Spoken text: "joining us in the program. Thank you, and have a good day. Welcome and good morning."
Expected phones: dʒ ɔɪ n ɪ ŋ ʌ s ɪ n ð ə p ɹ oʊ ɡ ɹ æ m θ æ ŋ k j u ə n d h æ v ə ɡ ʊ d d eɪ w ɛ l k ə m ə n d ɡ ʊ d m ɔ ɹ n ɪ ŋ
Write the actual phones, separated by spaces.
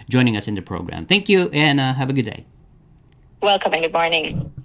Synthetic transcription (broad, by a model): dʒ ɔɪ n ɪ ŋ ʌ s ɪ n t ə p ɹ oʊ ɡ ɹ æ m θ æ ŋ k j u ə n h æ v ə ɡ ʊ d d eɪ w ɛ l k ə m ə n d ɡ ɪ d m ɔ ɹ n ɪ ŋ